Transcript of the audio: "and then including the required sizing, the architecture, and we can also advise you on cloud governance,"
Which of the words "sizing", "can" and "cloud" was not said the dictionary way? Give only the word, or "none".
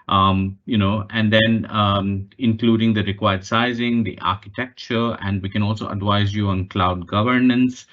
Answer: none